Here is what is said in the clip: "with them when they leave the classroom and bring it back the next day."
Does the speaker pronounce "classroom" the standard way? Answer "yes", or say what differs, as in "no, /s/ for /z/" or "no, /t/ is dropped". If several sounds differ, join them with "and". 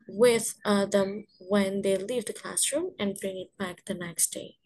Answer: yes